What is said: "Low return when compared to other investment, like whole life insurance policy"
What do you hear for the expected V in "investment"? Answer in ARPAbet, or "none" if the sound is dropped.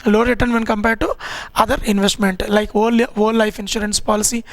V